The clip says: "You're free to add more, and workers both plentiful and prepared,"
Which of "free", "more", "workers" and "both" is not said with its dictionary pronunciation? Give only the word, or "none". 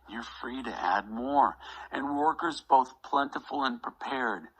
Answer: none